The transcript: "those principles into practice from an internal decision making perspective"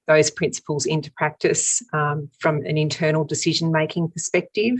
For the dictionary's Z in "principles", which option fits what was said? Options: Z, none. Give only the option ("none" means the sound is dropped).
Z